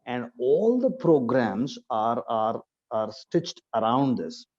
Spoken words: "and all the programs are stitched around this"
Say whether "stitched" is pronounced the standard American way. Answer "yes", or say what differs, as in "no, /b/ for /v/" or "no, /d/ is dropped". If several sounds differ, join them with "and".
yes